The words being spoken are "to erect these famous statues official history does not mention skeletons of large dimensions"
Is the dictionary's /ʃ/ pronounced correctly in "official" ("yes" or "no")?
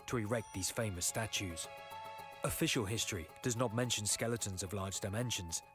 yes